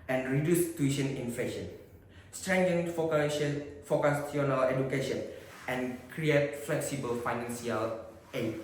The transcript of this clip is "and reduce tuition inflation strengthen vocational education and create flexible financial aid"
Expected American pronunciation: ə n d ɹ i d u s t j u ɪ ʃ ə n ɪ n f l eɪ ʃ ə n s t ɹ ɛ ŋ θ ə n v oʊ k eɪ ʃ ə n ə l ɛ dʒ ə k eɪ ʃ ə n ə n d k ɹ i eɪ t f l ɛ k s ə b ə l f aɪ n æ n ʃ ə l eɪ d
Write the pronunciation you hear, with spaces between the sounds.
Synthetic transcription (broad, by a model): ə n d ɹ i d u s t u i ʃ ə n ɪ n f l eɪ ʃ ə n s t ɹ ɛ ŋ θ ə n f oʊ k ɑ s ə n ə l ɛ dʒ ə k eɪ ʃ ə n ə n k ɹ i eɪ t f l ɛ k s ə b ə l f aɪ n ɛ n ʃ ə l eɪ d